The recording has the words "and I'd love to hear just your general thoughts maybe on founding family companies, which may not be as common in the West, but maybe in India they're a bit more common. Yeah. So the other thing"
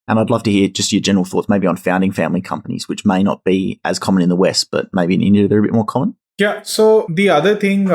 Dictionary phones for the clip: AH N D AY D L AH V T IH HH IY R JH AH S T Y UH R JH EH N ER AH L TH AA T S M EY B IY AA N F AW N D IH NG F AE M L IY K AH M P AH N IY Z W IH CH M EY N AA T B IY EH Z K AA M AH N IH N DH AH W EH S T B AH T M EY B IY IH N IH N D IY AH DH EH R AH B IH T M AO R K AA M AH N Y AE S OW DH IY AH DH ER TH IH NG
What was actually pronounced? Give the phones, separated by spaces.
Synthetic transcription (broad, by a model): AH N AY D L AH V T IH HH IY R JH AH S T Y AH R JH EH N ER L TH AA T S M EY B IY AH N F AW N D IH NG F AE M L IY K AH M P AH N IY Z W IH CH M EY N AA T B IY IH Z K AA M AH N IH N DH AH W EH S T B AH T M EY B IY IH N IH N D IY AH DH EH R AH B IH T M AO R K AA M AH N Y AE S OW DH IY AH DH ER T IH NG